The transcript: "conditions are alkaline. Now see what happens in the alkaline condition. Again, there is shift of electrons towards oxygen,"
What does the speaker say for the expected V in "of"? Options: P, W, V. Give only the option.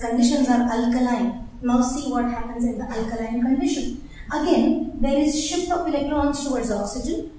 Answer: P